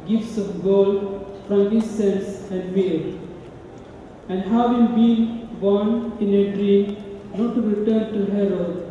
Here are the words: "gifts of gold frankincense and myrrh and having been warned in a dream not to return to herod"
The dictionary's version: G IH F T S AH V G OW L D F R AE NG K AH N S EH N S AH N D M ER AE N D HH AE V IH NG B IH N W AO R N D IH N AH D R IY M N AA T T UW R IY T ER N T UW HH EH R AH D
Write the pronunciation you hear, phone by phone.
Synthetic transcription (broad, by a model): G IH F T S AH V G OW L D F R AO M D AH S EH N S AH N D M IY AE N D HH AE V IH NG B IH N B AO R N IH N AH D R IY M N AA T T UW R IY T ER N T UW HH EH R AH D